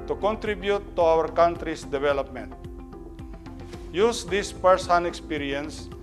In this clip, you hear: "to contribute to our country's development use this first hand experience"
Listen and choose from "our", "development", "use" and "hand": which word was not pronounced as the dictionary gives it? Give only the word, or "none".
hand